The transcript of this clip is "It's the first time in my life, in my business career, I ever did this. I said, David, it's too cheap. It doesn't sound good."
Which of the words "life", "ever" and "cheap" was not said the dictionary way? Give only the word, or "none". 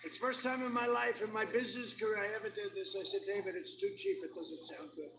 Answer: none